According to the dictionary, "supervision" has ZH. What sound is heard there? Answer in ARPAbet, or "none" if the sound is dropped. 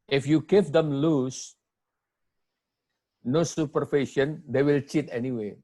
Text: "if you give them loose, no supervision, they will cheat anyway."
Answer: SH